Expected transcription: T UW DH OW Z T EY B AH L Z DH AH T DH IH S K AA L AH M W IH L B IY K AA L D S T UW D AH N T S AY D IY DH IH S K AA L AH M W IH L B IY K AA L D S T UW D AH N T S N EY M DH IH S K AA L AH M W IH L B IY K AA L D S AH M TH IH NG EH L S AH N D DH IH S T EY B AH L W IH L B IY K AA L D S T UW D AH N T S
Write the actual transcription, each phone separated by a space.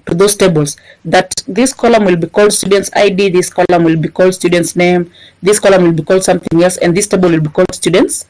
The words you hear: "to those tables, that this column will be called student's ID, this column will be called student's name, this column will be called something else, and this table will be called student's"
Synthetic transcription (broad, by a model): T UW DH OW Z T EY B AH L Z DH AH T DH IH S K AA L AH M W IH L B IY K AA L D S T UW D AH N T S AY D IY DH IH S K AA L AH M W IH L B IY K AA L D S T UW D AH N T S N EY M DH IH S K AA L AH M W IH L B IY K AA L D S AH M TH IH NG EH L S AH N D DH IH S T EY B AH L W IH L B IY K AA L D S T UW D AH N T S